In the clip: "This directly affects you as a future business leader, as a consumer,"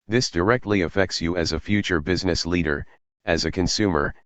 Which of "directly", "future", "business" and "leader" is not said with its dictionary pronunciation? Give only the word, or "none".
none